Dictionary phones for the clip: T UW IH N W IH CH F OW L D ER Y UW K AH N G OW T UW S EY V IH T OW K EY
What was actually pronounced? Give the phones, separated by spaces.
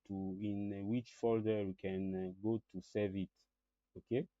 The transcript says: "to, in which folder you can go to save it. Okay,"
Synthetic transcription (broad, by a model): T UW IH N W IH CH F OW L D ER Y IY K AH N G OW T UW S EY V IH T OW K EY